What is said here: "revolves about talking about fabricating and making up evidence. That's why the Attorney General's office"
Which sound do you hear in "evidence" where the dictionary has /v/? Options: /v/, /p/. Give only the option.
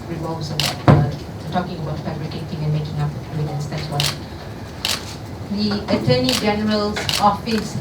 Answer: /p/